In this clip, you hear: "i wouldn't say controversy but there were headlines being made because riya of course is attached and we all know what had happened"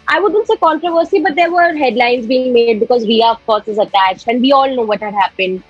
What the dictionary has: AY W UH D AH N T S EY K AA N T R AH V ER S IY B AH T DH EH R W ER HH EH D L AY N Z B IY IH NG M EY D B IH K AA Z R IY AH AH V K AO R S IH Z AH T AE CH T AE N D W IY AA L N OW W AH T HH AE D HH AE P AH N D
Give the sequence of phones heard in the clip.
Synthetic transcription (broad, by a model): AY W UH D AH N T S EY K AA N T R AH V ER S IY B AH T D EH R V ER HH EH D L AY N Z B IY IH NG M EY D B IH K AA Z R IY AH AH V K AO R S IH Z AH T AE CH T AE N D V IY AA L N OW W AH T HH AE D HH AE P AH N D